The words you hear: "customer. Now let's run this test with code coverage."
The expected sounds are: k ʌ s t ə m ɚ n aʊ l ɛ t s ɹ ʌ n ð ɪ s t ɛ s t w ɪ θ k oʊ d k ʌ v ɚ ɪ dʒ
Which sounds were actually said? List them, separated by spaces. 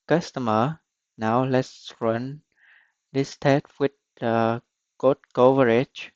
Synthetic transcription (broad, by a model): k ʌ s t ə m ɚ n aʊ l ɛ t s ɹ ʌ n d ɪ s t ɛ t w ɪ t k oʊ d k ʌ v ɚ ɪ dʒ